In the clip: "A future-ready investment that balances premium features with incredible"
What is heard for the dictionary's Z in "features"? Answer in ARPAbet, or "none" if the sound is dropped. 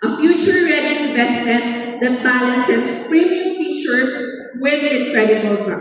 S